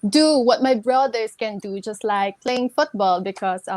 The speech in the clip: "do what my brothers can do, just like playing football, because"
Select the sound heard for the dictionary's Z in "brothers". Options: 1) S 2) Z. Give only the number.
1